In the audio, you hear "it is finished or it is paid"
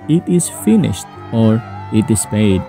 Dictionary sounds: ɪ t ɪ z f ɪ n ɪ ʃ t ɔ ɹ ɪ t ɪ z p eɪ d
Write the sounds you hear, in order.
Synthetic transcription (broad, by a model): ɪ t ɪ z f ɪ n ɪ ʃ t ɔ ɹ ɪ t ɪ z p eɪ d